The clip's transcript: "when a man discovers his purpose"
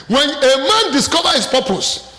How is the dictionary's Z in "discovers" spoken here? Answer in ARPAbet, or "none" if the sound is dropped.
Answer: none